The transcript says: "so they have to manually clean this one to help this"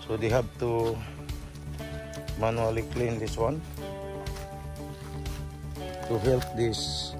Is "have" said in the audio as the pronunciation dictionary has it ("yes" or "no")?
no